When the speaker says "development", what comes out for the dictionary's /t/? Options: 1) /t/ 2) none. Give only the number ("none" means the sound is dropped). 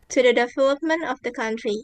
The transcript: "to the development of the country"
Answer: 1